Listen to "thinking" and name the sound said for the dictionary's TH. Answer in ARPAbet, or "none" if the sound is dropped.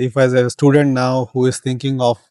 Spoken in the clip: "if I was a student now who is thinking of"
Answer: T